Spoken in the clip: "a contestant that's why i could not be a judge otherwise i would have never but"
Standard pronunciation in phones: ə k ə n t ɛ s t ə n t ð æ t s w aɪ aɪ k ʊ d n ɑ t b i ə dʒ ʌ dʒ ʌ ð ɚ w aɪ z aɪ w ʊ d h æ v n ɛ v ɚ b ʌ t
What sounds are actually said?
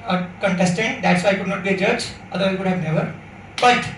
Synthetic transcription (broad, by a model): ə k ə n t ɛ s t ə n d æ t s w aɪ aɪ k ʊ d n ɑ t b i ə dʒ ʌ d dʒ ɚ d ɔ i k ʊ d h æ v n ɛ v ɚ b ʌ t